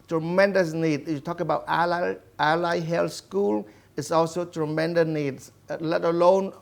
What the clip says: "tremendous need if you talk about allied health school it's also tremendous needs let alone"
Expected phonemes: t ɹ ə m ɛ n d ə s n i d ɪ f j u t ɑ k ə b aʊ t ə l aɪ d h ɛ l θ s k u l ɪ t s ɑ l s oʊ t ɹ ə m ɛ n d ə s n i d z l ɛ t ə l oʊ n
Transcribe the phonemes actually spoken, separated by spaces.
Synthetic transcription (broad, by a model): t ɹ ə m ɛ n d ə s n i d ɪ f j u t ɑ k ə b aʊ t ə l aɪ h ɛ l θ s k u l ɪ t s ɑ l s oʊ t ɹ ə m ɛ n d ə s n i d s l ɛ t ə l oʊ n